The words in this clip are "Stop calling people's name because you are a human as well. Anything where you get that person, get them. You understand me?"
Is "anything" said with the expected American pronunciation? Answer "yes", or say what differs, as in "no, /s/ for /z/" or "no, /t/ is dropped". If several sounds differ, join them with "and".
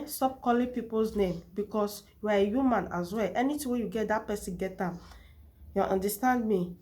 no, /t/ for /θ/